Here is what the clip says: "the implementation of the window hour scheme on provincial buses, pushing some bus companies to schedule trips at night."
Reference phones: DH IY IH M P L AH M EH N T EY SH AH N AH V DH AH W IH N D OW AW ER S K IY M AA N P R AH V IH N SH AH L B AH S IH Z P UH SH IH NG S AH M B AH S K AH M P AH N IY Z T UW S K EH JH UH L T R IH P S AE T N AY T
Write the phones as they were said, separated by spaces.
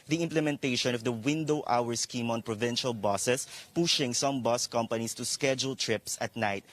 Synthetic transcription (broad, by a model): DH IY IH M P L AH M EH N T EY SH AH N AH V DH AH W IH N D OW AW ER S K IY M AA N P R AH V IH N SH AH L B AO S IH S P UH SH IH NG S AH M B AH S K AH M P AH N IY S T UW S K EH JH UH L T R IH P S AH T N AY T